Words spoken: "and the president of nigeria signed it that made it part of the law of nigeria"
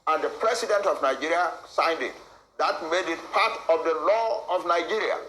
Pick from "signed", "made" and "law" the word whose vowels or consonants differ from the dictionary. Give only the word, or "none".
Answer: none